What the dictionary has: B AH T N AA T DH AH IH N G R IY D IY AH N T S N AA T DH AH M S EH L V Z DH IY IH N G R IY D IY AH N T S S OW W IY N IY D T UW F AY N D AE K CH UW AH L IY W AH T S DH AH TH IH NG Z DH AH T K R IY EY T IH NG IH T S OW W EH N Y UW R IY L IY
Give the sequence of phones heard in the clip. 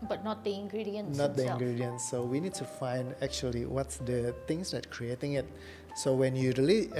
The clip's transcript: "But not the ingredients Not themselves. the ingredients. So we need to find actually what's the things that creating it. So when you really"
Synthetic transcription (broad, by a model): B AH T N AA T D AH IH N G R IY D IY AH N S N AA T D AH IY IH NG G R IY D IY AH N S S OW W IY N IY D T UW F AY N D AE K CH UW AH L IY W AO T S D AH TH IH NG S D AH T K R IY EY T IH NG IH T S OW W EH N Y UW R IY L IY